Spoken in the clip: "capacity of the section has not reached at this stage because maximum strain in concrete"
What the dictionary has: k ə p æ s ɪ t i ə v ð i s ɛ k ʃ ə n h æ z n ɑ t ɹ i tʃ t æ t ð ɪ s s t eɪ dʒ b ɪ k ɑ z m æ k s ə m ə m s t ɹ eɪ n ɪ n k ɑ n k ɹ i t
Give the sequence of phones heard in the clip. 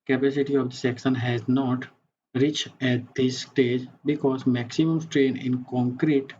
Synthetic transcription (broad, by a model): k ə p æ s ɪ t i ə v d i s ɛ k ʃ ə n h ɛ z n ɑ t ɹ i tʃ æ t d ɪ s s t eɪ dʒ b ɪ k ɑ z m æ k s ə m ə m s t ɹ eɪ n ɪ n k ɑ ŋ k ɹ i t